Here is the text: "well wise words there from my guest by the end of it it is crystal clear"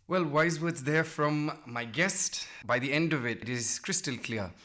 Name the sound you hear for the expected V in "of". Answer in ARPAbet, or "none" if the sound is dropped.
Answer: V